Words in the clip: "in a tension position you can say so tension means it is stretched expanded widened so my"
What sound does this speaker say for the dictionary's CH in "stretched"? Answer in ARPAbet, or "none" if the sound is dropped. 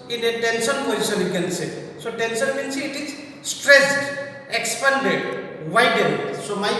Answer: S